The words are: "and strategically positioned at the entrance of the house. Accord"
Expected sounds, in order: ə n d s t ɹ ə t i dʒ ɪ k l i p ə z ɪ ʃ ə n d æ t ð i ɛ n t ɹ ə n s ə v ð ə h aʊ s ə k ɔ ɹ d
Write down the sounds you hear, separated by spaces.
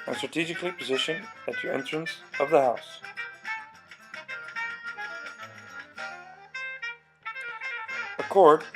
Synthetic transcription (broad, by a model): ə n s t ɹ ə t i dʒ ɪ k l i p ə z ɪ ʃ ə n ɪ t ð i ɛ n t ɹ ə n s ə v ð ə h aʊ s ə k ɔ ɹ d